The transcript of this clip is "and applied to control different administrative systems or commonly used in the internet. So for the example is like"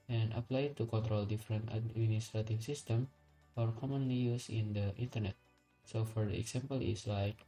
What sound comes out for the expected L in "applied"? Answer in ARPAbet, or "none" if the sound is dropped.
L